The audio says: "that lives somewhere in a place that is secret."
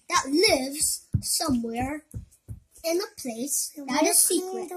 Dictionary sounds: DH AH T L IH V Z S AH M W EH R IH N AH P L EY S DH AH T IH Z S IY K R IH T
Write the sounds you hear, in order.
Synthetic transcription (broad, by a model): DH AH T L IH V Z S AH M W EH R IH N AH P L EY S DH AH T IH Z S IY K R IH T